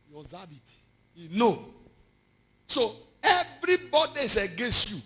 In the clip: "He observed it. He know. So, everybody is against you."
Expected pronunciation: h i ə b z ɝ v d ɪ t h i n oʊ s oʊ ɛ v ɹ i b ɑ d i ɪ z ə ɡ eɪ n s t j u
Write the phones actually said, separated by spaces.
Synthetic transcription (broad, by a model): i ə z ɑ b ɪ t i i n oʊ s oʊ ɛ v ɹ i b ɑ d i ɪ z ə ɡ eɪ n s t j u